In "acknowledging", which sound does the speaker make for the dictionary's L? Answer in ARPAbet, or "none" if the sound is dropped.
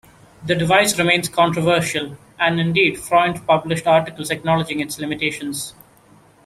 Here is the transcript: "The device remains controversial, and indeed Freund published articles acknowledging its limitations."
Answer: L